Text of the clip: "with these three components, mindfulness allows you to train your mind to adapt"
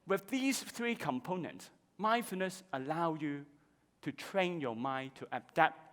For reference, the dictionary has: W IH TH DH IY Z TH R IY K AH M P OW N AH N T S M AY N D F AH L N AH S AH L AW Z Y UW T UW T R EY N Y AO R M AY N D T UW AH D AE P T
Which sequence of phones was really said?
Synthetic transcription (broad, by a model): W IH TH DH IY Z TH R IY K AH M P OW N AH N T S M AY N F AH N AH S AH L AW Y UW T UW T R EY N Y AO M AY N T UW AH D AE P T